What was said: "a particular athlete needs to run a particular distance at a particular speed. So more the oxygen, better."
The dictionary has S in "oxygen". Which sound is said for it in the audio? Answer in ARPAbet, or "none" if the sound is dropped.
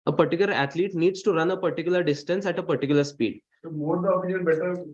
none